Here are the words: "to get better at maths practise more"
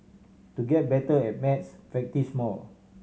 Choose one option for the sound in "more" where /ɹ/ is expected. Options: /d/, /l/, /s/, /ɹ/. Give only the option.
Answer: /l/